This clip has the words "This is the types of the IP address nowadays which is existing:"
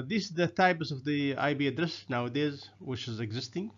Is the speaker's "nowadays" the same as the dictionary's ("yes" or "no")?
yes